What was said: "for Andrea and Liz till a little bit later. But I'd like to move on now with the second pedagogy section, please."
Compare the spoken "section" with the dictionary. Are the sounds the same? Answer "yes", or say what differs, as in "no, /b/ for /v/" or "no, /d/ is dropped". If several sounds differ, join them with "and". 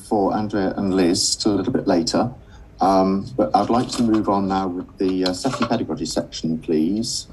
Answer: yes